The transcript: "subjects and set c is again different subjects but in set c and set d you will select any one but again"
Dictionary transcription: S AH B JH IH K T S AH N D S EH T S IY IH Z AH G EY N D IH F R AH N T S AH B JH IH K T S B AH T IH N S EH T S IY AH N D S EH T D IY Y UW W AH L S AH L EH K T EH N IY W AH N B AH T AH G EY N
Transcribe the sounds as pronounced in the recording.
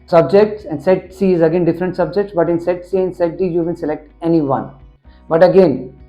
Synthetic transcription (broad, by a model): S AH B JH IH K T S AH N D S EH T S IY IH Z AH G EY N D IH F R AH N T S AH B JH IH K T S B AH T IH N S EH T S IY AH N S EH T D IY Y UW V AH N S AH L EH K T EH N IY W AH N B AH T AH G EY N